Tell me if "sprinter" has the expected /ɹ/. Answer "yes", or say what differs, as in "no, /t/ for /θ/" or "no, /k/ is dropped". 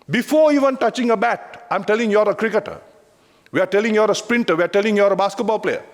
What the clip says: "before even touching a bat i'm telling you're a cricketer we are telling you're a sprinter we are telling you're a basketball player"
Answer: yes